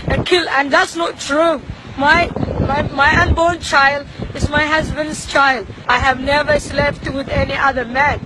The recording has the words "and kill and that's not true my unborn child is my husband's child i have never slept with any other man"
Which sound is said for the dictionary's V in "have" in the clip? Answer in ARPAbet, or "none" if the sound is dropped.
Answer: V